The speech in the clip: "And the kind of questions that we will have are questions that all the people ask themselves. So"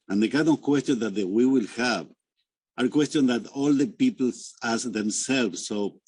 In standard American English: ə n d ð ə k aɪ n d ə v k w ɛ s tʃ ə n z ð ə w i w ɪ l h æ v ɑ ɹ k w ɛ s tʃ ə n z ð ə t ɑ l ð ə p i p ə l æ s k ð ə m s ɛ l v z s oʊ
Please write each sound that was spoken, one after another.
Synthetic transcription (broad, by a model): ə n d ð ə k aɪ d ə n k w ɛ s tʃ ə n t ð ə w i w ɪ l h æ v ɑ ɹ k w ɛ s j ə n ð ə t ɑ l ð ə p i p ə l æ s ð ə m s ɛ l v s oʊ